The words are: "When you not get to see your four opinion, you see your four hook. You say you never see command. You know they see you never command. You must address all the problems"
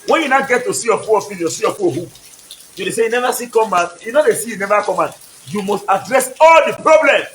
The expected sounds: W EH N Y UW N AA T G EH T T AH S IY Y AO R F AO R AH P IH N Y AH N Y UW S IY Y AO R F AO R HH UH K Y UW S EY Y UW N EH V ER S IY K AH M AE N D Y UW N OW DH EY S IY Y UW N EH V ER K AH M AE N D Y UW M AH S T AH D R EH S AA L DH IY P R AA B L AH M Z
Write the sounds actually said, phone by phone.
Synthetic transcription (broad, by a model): W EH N Y UW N AA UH G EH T T AH S IY Y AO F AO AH F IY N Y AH S IY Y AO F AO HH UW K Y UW S EY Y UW N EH V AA S IY K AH M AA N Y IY N OW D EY S IY Y UW N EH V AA K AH M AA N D Y UW M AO S T AH D R EH S AA L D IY P R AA B L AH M